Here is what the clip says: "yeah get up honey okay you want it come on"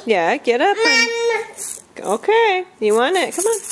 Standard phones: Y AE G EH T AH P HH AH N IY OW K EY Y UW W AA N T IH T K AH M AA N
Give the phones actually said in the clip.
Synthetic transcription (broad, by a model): Y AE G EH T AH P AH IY OW K EY Y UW W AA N IH T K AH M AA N